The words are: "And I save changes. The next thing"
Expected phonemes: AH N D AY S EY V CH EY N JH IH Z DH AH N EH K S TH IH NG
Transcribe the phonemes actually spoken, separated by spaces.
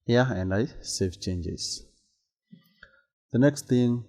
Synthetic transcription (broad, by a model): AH N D AY S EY F CH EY N JH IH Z DH AH N EH K S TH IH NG